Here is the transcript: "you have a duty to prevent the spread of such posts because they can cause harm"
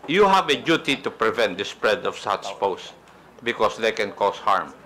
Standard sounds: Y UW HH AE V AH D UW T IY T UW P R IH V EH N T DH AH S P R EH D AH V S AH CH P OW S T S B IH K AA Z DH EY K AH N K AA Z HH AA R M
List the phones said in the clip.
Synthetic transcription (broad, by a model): Y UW HH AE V AH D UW T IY T UW P R IH V EH N T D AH S P R EH D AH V S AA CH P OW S S B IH K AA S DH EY K AH N K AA S HH AA R M